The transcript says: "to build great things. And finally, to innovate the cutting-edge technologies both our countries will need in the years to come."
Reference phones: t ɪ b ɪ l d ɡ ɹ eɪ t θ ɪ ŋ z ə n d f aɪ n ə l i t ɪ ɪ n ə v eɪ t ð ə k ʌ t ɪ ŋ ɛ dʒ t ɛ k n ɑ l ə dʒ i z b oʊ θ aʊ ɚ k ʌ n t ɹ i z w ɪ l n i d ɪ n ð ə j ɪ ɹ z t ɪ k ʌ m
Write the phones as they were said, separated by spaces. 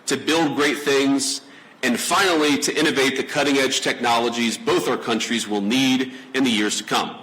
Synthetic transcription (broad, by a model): t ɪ b ɪ l d ɡ ɹ eɪ t θ ɪ ŋ z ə n f aɪ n l i t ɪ ɪ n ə v eɪ t ð ə k ʌ t ɪ ŋ ɛ dʒ t ɛ k n ɑ l ə dʒ i z b oʊ θ aʊ ɚ k ʌ n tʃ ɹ i z w ɪ l n i d ɪ n ð ə j ɪ ɹ z t ɪ k ʌ m